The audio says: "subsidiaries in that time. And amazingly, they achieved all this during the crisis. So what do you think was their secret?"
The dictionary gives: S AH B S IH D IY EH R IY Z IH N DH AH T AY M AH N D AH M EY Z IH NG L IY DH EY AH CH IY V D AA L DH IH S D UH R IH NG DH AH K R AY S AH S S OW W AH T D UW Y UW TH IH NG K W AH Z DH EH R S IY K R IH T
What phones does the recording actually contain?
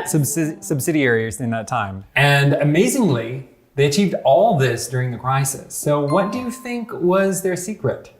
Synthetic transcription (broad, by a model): S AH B S IH D IY EH R IY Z IH N DH AH T AY M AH N AH M EY Z IH NG L IY DH EY AH CH IY V D AA L DH IH S D UH R IH NG DH AH K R AY S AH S S OW W AH T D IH Y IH TH IH NG K W AH Z DH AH R S IY K R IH T